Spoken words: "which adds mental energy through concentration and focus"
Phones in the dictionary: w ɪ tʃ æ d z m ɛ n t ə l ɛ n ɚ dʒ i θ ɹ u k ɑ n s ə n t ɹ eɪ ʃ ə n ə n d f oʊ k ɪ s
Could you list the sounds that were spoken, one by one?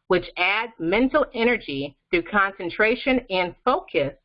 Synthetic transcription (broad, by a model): w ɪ tʃ æ d z m ɛ n t l ɛ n ɚ dʒ i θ u k ɑ n s ə n t ɹ eɪ ʃ ə n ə n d f oʊ k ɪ s